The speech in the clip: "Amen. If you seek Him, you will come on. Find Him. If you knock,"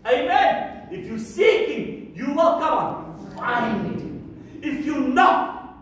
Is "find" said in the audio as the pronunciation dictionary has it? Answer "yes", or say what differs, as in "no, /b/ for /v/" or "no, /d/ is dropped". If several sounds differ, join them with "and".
no, /d/ is dropped